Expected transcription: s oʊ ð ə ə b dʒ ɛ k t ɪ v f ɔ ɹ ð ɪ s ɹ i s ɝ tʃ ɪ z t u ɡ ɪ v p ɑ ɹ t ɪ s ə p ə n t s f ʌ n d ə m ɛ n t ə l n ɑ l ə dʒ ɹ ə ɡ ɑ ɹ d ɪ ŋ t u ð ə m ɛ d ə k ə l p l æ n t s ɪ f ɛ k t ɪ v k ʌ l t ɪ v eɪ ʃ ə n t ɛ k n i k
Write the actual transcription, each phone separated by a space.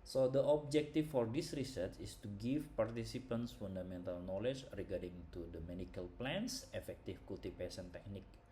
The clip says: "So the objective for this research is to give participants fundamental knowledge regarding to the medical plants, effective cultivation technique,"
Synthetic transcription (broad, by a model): s oʊ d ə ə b dʒ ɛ k t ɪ f ɔ ɹ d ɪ s ɹ i s ɝ tʃ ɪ s t u ɡ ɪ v p ɑ ɹ t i s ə p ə n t s f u n d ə m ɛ n t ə l n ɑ l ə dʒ ɹ ə ɡ ɑ ɹ d ɪ ŋ t u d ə m ɛ d ə k ə l p l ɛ n s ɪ f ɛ k t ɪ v k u l t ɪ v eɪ s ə n t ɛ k n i k